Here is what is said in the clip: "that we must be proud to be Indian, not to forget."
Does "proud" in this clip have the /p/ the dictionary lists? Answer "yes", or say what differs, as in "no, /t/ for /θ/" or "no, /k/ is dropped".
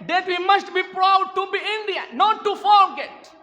yes